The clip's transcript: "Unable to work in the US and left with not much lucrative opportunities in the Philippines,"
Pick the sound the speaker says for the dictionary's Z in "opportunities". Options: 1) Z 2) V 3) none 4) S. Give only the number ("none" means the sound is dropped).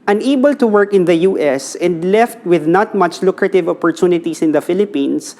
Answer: 4